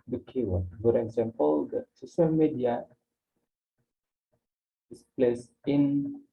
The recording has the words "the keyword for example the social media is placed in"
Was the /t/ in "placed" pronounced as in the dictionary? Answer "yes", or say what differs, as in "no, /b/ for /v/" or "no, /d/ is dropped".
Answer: no, /t/ is dropped